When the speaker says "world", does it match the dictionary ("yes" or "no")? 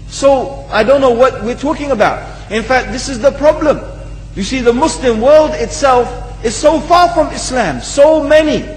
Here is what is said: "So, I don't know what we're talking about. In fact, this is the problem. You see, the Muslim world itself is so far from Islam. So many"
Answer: yes